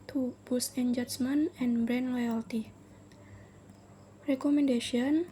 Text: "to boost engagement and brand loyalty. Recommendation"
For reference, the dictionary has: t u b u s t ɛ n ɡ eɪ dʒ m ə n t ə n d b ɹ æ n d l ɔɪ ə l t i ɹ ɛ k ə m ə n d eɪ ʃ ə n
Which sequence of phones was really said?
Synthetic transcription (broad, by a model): t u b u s ɛ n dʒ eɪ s m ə n ə n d b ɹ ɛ n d l ɔɪ ə l t i ɹ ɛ k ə m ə n d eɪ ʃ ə n